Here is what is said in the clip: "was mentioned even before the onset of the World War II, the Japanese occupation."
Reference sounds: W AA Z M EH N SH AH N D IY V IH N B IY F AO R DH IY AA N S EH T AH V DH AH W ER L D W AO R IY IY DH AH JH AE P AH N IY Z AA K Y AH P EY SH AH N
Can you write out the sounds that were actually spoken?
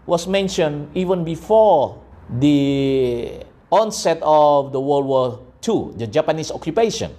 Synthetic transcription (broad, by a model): W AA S M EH N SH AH N IY V IH N B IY F AO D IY AA N S EH T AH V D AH W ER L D W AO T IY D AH JH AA P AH N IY S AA K Y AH P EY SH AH N